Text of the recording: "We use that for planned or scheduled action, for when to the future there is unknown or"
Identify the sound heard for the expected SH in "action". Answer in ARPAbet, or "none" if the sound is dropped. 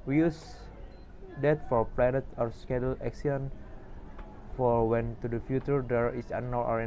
S